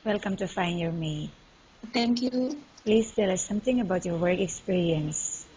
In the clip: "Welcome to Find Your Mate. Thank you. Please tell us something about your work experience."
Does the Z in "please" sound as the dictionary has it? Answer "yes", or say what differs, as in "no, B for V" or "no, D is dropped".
no, S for Z